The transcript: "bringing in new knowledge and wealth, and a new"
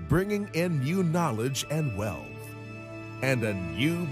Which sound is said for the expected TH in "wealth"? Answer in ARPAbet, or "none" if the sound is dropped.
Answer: TH